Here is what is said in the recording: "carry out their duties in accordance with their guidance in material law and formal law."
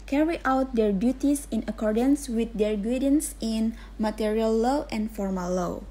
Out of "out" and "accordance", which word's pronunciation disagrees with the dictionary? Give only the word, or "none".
none